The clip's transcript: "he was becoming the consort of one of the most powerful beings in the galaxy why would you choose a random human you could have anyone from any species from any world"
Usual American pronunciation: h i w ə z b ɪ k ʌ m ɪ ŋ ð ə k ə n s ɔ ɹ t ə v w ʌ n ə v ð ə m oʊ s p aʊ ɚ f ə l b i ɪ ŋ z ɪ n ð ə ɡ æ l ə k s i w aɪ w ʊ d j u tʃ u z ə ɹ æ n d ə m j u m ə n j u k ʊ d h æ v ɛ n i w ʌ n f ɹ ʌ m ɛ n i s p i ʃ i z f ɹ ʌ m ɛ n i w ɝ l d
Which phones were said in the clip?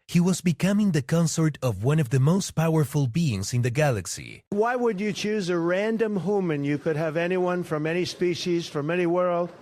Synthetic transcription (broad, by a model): h i w ə z b ɪ k ʌ m ɪ ŋ ð ə k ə n s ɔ ɹ t ə v w ʌ n ə v ð ə m oʊ s p aʊ ɚ f ə l b i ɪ ŋ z ɪ n ð ə ɡ æ l ə k s i w aɪ w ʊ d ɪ tʃ u z ə ɹ æ n d ə m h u m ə n j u k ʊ d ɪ v ɛ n i w ʌ n f ɹ ʌ m ɛ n i s p i ʃ i z f ɹ ʌ m ɛ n i w ɝ l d